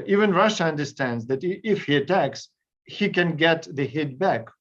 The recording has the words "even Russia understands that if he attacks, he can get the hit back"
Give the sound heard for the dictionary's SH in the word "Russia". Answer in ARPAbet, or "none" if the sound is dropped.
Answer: SH